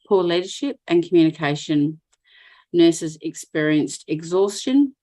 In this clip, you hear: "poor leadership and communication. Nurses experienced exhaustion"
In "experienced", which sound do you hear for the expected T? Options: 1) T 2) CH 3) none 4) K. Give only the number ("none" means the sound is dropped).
1